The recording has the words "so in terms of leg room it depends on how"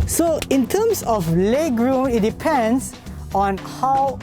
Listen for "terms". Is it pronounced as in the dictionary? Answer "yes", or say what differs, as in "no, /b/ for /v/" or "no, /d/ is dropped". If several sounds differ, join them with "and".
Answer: no, /s/ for /z/